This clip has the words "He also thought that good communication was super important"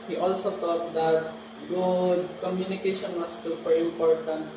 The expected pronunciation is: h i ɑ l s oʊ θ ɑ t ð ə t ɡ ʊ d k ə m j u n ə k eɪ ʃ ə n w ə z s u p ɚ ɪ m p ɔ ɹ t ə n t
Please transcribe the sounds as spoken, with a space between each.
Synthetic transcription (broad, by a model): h i ɑ l s oʊ t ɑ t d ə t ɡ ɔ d k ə m j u n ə k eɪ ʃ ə n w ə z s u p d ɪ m p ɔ ɹ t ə n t